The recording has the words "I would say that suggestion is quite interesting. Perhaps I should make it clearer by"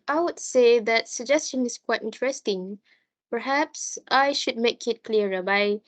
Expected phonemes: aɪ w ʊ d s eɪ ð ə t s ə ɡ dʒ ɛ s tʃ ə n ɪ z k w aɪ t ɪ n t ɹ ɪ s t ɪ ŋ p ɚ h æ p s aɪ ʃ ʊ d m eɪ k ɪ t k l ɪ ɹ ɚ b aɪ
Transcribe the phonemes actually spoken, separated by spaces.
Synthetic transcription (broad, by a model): aɪ w ʊ d s eɪ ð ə t s ə ɡ dʒ ɛ s tʃ ə n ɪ s k w aɪ t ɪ n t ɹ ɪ s t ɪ ŋ p ɚ h æ p s aɪ ʃ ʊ d m eɪ k ɪ t k l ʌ ɹ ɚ b aɪ